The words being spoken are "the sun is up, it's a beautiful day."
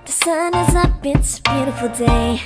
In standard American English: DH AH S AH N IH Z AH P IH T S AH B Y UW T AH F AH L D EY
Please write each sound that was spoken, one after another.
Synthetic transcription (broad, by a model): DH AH S AH N IH Z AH B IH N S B Y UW T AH F L D EY